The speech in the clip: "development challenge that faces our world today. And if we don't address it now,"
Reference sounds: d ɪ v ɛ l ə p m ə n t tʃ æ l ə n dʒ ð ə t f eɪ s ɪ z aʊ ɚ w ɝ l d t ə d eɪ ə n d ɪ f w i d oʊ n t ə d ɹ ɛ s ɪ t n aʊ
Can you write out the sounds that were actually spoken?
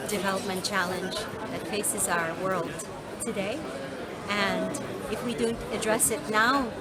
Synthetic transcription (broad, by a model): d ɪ v ɛ l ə p m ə n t tʃ æ l ə n dʒ ð ə t f eɪ s ɪ z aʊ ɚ w ɝ l d t ə d eɪ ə n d ɪ f w i d oʊ n t ə d ɹ ɛ s ɪ t n aʊ